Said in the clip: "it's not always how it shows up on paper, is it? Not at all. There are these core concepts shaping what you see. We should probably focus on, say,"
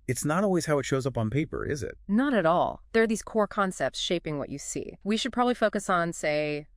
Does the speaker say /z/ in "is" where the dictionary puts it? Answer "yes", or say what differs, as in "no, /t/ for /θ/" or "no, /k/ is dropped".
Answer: yes